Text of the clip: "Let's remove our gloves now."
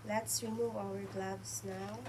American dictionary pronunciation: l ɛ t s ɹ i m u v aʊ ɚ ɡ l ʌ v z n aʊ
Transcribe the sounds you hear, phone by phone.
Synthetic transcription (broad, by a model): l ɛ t s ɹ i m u aʊ ɚ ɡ l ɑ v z n aʊ